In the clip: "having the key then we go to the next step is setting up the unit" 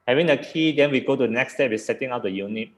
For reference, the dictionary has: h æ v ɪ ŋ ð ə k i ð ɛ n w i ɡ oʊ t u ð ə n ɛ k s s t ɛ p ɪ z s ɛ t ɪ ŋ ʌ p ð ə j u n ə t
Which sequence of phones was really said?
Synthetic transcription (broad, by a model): h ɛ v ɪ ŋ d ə k i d ɛ n w i ɡ oʊ t u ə n ɛ k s s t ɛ b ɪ s ɛ t ɪ ŋ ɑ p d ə j u n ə t